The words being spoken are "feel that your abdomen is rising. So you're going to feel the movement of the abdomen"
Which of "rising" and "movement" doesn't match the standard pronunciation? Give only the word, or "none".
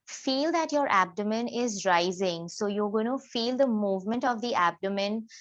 none